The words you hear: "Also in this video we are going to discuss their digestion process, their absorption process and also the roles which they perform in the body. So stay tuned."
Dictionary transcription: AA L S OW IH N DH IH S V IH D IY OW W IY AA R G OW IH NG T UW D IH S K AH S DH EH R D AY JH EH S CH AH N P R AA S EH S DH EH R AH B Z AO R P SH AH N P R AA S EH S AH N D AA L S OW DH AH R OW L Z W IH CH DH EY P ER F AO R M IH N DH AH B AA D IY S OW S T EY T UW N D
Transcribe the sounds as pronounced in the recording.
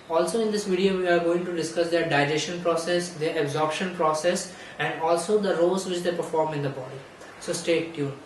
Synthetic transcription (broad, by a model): AA L S OW IH N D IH S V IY D IY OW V IY AA R G OW IH NG T UW D IH S K AH S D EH R D AY JH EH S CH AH N P R AA S EH S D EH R AH B Z AO R P SH AH N P R AA S EH S AH N D AA L S OW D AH R OW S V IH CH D EY P ER F AO R M IH N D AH B AA D IY S OW S T EY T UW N